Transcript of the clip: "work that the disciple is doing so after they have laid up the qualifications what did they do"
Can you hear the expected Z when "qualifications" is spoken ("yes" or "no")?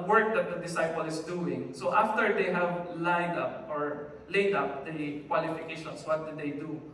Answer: no